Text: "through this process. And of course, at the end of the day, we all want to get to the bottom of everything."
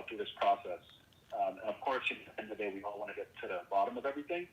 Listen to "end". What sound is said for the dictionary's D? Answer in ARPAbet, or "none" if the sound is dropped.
none